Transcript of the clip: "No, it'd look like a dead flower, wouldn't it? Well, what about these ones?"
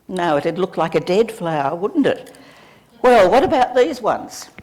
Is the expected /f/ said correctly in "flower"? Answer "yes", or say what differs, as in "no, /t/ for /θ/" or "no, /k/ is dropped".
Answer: yes